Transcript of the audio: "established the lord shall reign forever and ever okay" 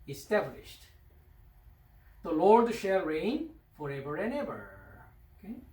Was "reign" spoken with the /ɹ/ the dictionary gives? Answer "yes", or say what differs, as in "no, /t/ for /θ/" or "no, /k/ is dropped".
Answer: yes